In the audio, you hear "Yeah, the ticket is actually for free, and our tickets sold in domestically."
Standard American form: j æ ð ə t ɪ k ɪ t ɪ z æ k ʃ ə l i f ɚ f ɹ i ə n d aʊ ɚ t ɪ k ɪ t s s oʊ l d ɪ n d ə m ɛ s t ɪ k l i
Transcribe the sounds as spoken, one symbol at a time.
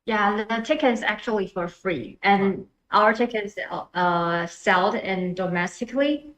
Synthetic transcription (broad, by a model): j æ ð ə t ɪ k ɪ t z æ k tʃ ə l i f ɚ f ɹ i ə n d aʊ ɚ t ɪ k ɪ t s s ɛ l d ɪ n d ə m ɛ s t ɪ k l i